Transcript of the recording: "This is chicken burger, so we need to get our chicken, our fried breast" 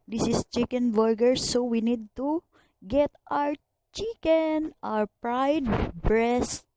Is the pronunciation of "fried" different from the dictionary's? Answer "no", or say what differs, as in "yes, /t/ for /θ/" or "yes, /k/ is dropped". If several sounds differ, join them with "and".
yes, /p/ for /f/